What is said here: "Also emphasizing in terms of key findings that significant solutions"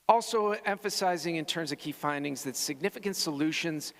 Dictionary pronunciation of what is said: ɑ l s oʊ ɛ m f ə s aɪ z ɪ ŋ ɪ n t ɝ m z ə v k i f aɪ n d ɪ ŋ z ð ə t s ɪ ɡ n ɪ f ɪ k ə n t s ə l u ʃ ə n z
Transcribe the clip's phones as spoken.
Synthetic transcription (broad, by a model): ɑ l s oʊ ɛ m f ə s aɪ z ɪ ŋ ɪ n t ɝ m z ə v k i f aɪ n d ɪ ŋ z ð ə t s ɪ ɡ n ɪ f ɪ k ə n t s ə l u ʃ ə n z